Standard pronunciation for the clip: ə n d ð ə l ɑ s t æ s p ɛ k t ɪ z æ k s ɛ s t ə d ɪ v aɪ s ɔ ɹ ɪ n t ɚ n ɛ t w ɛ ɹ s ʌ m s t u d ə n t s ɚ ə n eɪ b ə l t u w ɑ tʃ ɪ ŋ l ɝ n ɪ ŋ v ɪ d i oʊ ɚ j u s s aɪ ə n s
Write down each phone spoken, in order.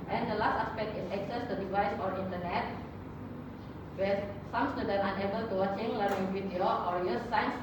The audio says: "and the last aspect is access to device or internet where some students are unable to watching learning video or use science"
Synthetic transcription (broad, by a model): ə n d ə l ɑ s t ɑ s p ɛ k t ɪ s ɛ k s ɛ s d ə d ɪ v aɪ s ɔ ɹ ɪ n t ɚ n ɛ t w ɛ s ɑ m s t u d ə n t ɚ ə n eɪ b ə l t u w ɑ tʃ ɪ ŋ l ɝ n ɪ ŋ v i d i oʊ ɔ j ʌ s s aɪ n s